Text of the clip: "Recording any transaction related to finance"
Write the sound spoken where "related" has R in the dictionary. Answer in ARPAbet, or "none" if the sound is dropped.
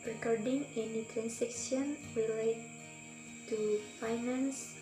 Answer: W